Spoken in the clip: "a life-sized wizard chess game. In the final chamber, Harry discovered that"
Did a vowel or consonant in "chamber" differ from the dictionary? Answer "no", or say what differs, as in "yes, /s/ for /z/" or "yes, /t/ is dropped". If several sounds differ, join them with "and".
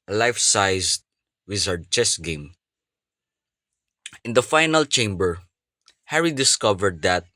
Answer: no